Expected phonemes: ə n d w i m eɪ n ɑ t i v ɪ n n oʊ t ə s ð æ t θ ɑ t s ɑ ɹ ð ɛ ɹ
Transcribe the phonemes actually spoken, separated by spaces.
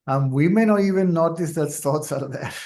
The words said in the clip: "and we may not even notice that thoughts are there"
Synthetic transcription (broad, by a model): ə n w i m eɪ n ɑ t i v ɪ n n oʊ t ə s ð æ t s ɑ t s ɑ ɹ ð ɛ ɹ